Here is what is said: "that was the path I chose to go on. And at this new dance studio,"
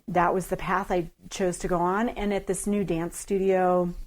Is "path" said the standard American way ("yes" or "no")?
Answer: yes